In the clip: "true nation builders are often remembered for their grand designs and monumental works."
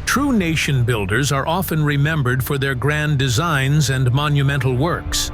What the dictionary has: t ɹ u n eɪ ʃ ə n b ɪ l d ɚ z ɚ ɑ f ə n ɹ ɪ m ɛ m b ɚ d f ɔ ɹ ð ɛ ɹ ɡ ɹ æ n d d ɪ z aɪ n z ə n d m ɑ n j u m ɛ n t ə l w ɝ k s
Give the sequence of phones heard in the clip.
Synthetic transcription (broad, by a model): t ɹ u n eɪ ʃ ə n b ɪ l d ɚ z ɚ ɑ f ə n ɹ ɪ m ɛ m b ɚ d f ɔ ɹ ð ɛ ɹ ɡ ɹ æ n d d ɪ z aɪ n z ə n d m ɑ n j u m ɛ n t l w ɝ k s